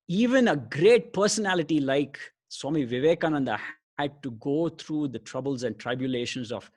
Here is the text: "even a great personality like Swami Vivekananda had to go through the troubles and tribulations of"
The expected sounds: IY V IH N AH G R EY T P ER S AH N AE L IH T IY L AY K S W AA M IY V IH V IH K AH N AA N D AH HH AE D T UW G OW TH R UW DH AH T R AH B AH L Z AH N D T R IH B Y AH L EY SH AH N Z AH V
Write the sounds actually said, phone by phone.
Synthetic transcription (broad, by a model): IY V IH N AH G R EY T P ER S AH N AE L IH T IY L AY K S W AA M IY V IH V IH K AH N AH N D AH HH AE D T UW G OW T R UW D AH T R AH B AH L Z AH N D T R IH B Y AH L EY SH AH N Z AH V